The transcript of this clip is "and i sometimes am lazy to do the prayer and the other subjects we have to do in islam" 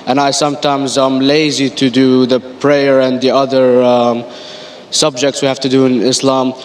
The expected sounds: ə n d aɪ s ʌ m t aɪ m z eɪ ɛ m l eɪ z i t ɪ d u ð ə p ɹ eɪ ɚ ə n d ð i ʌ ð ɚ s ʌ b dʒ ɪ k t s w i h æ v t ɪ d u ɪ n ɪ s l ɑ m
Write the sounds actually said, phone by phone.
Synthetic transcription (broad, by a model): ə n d aɪ s ʌ m t aɪ m z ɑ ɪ m l eɪ z i t ɪ d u ð ə p ɹ eɪ ɚ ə n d ð i ʌ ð ɚ s ʌ b dʒ ɪ k t s w i h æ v t ɪ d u ɪ n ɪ s l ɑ m